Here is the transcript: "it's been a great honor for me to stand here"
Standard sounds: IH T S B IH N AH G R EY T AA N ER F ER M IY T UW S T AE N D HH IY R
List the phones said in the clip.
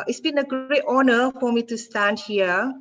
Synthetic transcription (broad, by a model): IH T S B IH N AH G EY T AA N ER F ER M IY T UW S T AE N D HH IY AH